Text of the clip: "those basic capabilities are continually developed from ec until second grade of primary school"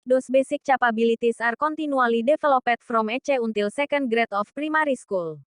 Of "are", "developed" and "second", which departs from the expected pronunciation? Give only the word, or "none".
developed